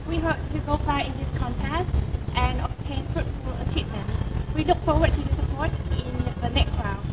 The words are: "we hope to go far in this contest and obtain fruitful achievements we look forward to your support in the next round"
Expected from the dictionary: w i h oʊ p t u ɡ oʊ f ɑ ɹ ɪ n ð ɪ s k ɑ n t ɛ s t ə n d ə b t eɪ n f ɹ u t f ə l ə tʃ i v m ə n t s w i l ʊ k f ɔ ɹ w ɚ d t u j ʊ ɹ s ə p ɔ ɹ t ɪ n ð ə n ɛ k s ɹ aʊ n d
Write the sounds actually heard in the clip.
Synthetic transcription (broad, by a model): w i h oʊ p t u ɡ oʊ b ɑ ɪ ɪ n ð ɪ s k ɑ n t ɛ s t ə n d ə b t eɪ n f ɹ u t f ə l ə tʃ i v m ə n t w i l ʊ k f ɔ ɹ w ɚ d t u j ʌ s ə p ɔ ɹ t ɪ n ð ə n ɛ k s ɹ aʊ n